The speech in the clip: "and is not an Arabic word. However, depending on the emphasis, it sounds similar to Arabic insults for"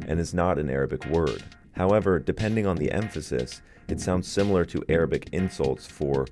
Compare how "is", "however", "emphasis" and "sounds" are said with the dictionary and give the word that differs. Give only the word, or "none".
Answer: none